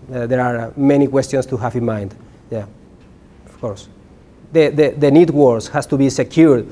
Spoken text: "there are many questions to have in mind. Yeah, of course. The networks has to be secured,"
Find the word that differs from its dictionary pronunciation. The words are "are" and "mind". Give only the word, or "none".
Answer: none